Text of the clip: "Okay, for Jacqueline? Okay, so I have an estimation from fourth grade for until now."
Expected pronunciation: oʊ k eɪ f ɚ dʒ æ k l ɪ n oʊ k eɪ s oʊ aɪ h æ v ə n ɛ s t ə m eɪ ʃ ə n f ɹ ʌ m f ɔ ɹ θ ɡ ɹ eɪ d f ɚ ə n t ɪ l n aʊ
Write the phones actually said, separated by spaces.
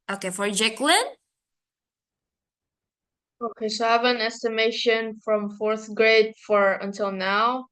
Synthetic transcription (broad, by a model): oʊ k eɪ f ɚ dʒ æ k l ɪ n oʊ k eɪ s oʊ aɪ v ə n ɛ s t ə m eɪ ʃ ə n f ɹ ʌ m f ɔ ɹ θ ɡ ɹ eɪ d f ɚ ə n t ɪ l n aʊ